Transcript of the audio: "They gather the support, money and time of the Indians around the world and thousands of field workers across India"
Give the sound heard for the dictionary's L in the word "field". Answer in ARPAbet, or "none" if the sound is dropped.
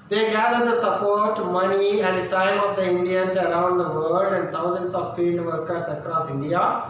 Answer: N